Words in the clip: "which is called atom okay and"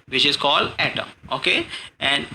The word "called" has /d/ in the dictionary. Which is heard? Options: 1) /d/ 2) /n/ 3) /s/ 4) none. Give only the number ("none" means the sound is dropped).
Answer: 1